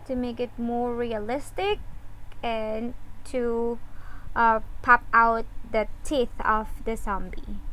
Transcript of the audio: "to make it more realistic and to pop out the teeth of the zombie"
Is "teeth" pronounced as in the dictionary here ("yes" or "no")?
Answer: yes